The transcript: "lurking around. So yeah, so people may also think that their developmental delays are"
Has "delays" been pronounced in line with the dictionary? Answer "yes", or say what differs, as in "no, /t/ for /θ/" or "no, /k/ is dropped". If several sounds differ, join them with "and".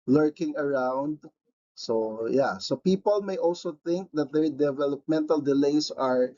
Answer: no, /s/ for /z/